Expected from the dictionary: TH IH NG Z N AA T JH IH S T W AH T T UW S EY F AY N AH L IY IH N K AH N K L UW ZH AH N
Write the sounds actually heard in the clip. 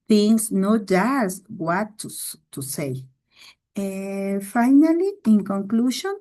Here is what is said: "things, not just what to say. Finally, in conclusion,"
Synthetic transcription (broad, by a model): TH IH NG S N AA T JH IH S T W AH T S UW S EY F AY N AH L IY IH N K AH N K L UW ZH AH N